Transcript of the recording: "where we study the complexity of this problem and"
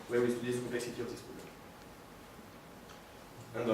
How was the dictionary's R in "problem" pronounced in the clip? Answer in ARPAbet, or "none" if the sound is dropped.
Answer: none